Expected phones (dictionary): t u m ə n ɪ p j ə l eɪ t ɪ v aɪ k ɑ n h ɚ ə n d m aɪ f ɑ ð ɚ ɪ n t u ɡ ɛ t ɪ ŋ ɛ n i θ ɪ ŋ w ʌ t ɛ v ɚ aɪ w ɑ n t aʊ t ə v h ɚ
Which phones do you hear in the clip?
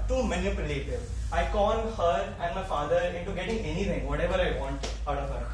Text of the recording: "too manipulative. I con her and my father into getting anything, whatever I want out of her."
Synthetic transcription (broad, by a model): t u m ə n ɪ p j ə l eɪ t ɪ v aɪ k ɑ l h ɚ ə n d m aɪ f ɑ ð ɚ ɪ n t u ɡ ɛ t ɪ ŋ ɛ n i t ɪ ŋ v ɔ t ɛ v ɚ aɪ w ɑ n t aʊ t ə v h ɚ